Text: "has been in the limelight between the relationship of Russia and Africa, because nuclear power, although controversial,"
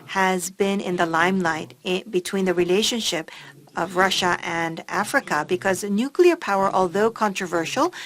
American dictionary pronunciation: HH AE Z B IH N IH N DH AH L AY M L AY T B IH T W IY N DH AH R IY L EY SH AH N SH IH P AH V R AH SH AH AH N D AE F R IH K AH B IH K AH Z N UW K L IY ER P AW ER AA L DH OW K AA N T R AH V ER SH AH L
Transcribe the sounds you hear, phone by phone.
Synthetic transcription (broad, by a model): HH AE Z B IH N IH N DH AH L AY M L AY T B IH T W IY N DH AH R IY L EY SH AH N SH IH P AH V R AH SH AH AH N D AE F R IH K AH B IH K AH Z N UW K L IY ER P AW ER AA L DH OW K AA N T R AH V ER SH L